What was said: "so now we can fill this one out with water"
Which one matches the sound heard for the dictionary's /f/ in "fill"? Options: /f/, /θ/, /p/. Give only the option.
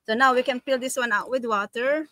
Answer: /p/